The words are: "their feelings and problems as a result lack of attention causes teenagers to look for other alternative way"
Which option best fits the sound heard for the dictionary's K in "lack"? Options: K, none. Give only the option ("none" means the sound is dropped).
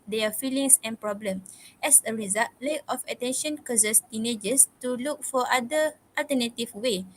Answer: none